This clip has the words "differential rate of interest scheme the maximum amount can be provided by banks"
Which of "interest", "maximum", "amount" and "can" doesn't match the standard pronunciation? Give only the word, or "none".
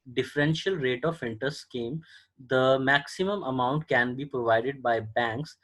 interest